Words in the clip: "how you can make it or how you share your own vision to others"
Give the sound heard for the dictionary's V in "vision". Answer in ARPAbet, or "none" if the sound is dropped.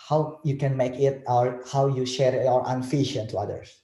F